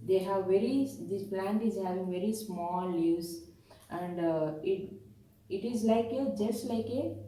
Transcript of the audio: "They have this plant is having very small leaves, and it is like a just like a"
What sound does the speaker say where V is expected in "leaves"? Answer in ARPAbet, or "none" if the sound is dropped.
none